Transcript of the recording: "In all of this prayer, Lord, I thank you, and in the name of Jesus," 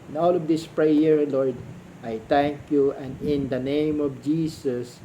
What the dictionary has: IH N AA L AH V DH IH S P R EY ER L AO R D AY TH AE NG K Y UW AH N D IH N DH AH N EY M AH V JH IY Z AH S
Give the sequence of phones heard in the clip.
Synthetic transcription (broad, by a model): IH N AA L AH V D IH S P R EY ER L AO R D AY T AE NG K Y UW AH N D IH N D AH N EY M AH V JH IY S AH S